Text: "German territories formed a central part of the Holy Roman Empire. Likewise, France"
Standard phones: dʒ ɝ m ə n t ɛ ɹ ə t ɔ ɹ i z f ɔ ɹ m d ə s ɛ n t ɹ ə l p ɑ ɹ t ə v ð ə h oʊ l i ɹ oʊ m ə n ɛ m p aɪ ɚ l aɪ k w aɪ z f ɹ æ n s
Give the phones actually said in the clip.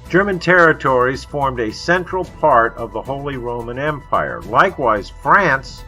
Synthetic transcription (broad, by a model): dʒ ɝ m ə n t ɛ ɹ ə t ɔ ɹ i z f ɔ ɹ m d ə s ɛ n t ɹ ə l p ɑ ɹ t ə v ð ə h oʊ l i ɹ oʊ m ə n ɛ m p aɪ ɚ l aɪ k w aɪ z f ɹ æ n s